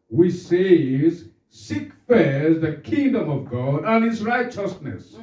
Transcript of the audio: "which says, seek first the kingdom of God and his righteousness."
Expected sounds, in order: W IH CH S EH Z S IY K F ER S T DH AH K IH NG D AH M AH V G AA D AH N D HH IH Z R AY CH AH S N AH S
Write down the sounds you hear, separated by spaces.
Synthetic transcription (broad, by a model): W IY S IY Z S IY K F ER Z DH AH K IH NG D AH M AH V G AA D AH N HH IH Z R AY CH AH S N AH S